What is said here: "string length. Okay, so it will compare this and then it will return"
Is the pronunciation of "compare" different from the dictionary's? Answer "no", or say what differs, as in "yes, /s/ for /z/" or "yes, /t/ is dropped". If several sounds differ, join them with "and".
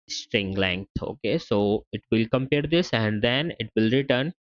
no